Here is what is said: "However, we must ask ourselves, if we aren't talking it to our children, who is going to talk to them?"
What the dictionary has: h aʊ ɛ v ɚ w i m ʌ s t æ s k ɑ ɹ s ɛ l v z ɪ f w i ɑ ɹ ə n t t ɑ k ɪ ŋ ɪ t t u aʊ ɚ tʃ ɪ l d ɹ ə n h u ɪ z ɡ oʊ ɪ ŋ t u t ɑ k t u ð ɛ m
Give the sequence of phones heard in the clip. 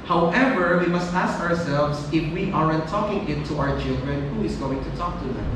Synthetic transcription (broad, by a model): h aʊ ɛ v ɚ w i m ʌ s t æ s k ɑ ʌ s ɛ l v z ɪ f w i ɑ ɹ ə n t t ɑ k ɪ ŋ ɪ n t u aʊ ɚ tʃ ɪ l d ɹ ə n h u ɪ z ɡ oʊ ɪ ŋ t u t ɑ k t u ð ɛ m